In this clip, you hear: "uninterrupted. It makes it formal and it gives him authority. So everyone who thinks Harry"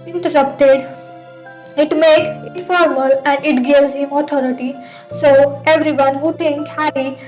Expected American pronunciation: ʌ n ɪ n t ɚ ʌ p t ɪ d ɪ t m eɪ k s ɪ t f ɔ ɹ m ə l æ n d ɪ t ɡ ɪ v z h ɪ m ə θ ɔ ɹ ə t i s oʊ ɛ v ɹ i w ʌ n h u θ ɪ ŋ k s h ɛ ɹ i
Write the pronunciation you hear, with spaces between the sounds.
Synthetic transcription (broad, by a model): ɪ n t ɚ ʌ p t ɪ d ɪ t m eɪ k s ɪ t f ɔ ɹ m ə l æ n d ɪ t ɡ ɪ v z h ɪ m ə t ɔ ɹ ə t i s oʊ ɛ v ɹ i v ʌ n h u t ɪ ŋ k h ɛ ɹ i